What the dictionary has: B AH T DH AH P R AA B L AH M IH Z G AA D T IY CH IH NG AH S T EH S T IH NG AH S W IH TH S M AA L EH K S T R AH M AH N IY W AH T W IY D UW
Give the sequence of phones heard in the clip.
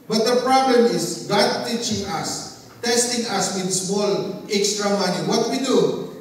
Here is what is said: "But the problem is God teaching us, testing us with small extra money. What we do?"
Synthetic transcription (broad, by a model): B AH T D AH P R AA B L AH M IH S G AA D T IY CH IH NG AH S T EH S T IH NG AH S W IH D S M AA L EH K S T R AH M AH N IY W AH T W IY D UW